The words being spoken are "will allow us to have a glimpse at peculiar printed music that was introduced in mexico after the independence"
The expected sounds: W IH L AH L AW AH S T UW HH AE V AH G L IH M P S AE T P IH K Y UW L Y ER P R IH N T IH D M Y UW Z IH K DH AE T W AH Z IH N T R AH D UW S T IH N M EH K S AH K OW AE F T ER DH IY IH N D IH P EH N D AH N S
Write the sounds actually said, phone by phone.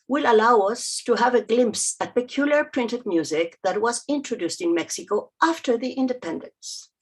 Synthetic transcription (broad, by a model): W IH L AH L AW AH S T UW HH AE V AH G L IH M P S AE T P IH K Y UW L Y ER P R IH N T IH D M Y UW Z IH K DH AE T W AH Z IH N T R AH D UW S T IH N M EH K S AH K OW AE F T ER DH IY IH N D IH P EH N D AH N S